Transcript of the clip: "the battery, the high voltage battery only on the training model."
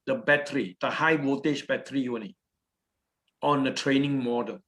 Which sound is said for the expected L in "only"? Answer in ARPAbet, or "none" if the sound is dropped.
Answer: none